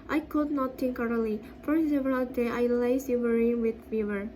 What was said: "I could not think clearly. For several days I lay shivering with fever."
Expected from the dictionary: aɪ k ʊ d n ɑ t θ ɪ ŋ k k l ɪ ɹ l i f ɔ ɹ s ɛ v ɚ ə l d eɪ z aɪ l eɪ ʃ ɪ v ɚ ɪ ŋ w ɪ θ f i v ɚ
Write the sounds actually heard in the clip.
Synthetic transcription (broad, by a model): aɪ k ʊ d n ɑ t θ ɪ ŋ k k ɑ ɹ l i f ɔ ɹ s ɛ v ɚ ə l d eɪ aɪ l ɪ s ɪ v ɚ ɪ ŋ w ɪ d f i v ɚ